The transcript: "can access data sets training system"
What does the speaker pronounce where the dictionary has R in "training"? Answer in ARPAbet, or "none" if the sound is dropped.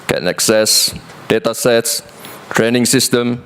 R